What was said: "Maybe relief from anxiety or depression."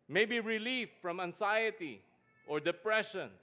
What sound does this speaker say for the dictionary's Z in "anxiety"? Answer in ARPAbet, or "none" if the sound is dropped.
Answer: S